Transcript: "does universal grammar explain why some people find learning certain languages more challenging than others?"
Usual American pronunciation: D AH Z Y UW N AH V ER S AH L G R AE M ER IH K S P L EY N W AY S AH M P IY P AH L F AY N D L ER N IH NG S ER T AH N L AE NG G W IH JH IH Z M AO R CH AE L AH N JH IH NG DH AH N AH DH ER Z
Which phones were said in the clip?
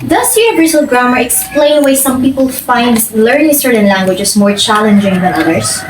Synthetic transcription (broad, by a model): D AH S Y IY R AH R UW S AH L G R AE M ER IH K S P L EY N W AY S AH M P IY P AH L F AY N D L ER N IH NG S ER T AH N L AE NG G W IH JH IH S M AO R CH AE L AH N JH IH NG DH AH N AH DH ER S